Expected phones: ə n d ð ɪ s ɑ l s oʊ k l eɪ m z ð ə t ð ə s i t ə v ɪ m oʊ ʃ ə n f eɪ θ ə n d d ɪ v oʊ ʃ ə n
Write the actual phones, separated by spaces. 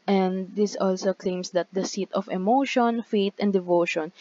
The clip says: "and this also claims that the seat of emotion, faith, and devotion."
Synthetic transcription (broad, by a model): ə n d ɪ s ɑ l s oʊ k l eɪ m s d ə t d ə s i t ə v ɪ m oʊ ʃ ə n f eɪ t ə n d d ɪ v oʊ ʃ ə n